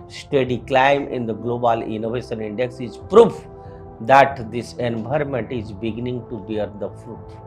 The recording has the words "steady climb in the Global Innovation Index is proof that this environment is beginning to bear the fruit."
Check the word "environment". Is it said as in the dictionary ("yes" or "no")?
no